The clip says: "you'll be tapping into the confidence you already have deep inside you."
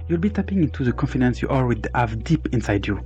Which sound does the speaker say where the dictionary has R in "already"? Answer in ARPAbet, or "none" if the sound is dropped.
W